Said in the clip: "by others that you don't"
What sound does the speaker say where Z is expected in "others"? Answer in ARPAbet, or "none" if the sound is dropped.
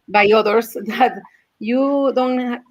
S